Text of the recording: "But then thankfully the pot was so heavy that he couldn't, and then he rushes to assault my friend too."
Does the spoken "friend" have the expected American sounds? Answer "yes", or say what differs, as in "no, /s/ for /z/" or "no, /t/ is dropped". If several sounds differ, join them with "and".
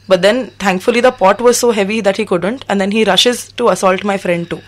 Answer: yes